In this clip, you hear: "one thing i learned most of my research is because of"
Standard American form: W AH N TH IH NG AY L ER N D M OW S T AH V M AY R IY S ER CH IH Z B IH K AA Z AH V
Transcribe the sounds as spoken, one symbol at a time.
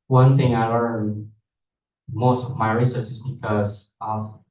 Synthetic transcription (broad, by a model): W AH N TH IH NG AY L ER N M OW S T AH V M AY R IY S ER S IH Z B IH K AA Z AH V